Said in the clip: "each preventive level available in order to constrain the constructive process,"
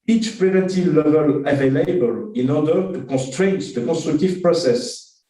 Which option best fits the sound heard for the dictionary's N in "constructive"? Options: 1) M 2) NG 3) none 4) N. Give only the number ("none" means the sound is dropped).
3